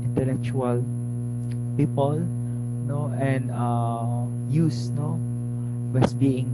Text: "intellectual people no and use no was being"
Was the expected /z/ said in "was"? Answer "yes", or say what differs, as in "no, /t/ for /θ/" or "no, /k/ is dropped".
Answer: no, /s/ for /z/